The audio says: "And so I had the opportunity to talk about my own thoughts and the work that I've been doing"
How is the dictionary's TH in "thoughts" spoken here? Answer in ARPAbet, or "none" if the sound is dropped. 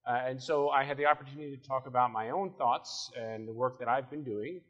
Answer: TH